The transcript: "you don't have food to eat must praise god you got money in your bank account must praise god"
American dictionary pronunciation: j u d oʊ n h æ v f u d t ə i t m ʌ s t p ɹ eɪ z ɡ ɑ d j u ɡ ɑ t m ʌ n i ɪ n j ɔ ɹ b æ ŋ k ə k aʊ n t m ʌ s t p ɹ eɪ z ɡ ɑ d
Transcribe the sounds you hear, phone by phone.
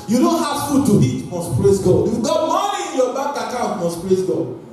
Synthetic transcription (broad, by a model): j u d oʊ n h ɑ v f u d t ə i t m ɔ s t p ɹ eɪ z ɡ ɑ d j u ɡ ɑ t m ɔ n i ɪ n j ɔ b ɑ k ə k aʊ n t m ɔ s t p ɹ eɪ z ɡ ɑ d